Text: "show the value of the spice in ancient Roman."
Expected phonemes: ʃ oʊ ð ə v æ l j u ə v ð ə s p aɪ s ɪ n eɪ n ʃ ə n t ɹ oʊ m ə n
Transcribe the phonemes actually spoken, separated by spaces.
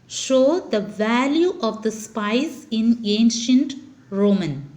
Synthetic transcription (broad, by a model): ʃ oʊ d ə v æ l j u ə v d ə s p aɪ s ɪ n eɪ n ʃ ə n t ɹ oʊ m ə n